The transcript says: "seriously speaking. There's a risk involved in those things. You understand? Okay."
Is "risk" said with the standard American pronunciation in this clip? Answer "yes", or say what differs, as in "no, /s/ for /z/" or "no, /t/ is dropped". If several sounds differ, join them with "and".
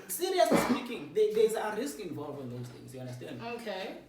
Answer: yes